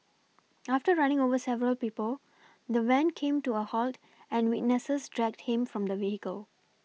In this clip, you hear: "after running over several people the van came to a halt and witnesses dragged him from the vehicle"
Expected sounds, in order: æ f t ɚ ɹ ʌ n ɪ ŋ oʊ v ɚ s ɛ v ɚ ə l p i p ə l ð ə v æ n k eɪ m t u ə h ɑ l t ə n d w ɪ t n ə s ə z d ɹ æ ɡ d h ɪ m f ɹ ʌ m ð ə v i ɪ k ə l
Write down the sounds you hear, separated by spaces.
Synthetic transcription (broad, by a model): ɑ f t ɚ ɹ ʌ n ɪ ŋ oʊ v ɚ s ɛ v ɚ ə l p i p ə l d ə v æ n k eɪ m t u ə h ɑ l t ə n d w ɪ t n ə s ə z d ɹ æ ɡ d h ɪ m f ɹ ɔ m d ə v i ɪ k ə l